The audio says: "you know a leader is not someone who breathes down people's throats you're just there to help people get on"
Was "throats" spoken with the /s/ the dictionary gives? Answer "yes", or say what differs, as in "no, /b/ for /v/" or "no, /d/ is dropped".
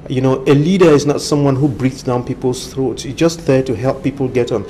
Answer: yes